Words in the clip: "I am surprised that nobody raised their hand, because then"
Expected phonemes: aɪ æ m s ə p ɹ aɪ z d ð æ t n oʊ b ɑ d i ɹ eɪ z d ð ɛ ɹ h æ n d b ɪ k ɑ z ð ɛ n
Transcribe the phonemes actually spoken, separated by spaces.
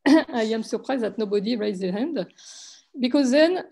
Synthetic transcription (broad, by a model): aɪ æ m s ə p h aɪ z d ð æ t n oʊ b ɑ d i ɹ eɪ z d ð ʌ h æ n d b ɪ k ɑ z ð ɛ n